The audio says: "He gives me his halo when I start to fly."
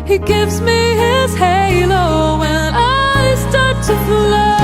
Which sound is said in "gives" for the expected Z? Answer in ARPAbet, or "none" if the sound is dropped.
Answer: Z